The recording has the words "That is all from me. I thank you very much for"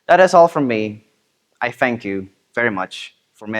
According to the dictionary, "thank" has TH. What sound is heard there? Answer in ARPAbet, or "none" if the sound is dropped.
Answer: TH